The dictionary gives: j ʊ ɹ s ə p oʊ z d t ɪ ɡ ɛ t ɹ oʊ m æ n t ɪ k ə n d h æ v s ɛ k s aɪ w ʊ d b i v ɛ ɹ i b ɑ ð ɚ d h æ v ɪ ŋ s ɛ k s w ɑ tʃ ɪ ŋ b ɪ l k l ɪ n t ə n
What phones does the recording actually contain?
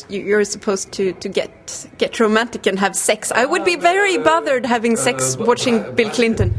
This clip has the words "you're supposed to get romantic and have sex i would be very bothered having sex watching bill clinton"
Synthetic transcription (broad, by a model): j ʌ ɹ s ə p oʊ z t t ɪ ɡ ɛ t ɹ oʊ m æ n t ɪ k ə n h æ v s ɛ k s aɪ w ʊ d b i v ɛ ɹ i b ɑ ð ɚ d h æ v ɪ ŋ s ɛ k s w ɑ tʃ ɪ ŋ b ɪ l k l ɪ n t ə n